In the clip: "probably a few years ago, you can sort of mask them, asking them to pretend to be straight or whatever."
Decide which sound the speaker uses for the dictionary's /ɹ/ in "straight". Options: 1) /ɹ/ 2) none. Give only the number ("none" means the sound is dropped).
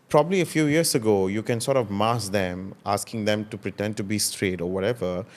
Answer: 1